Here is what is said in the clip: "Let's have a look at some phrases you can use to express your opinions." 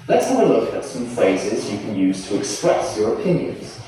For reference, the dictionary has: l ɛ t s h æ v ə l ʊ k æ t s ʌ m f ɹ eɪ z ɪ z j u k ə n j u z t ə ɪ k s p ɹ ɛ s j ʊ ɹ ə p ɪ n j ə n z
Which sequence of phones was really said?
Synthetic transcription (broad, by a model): l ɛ t s h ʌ v ə l ʊ k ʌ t s ʌ m f ɹ eɪ z ɪ z j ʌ k ə n j u z t ə ɪ k s p ɹ ɛ s j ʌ ɹ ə p ɪ n j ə n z